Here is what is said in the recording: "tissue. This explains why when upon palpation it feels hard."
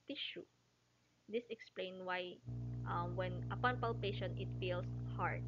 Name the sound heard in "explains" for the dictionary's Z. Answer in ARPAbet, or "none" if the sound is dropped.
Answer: none